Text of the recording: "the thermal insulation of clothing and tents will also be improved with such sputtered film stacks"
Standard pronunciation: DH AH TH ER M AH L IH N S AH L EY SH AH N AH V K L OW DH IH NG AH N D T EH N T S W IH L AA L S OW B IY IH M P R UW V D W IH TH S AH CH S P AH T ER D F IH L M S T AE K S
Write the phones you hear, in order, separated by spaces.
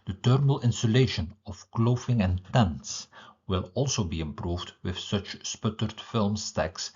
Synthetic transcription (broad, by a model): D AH T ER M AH L IH N S AH L EY SH AH N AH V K L OW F IH NG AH N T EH N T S W IH L AA L S OW B IY IH M P R UW V D W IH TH S AH CH S P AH T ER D F IH L M S T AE K S